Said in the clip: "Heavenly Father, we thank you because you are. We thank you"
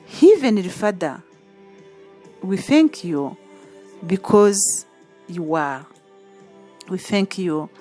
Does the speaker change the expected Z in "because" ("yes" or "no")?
no